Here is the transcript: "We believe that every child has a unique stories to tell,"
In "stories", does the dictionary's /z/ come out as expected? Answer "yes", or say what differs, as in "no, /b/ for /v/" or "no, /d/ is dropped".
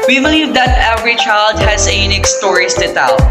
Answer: no, /s/ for /z/